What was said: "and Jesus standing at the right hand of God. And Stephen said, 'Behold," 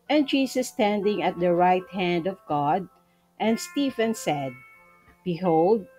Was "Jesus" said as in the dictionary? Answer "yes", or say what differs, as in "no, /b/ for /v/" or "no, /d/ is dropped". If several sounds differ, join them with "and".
no, /s/ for /z/